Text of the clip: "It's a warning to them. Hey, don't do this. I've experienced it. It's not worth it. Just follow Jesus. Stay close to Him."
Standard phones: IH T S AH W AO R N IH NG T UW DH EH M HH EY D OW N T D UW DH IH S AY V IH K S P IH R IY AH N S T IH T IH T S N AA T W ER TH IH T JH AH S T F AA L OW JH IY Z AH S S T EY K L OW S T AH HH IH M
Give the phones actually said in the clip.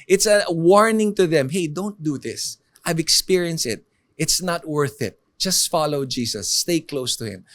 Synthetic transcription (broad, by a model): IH T S AH W AO R N IH NG T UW DH EH M HH EY D OW N T D UW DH IH S AY V IH K S P IH R IY AH N S T IH T IH T S N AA T W ER TH IH T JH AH S T F AA L OW JH IY S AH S S T EY K L OW S T AH HH IH M